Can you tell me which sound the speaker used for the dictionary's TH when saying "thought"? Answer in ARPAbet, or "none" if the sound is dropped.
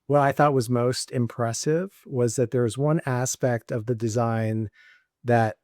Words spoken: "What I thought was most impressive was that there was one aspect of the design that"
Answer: TH